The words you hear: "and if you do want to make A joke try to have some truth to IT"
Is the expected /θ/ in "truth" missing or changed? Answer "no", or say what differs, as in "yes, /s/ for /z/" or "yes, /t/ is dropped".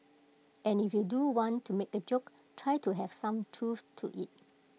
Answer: yes, /f/ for /θ/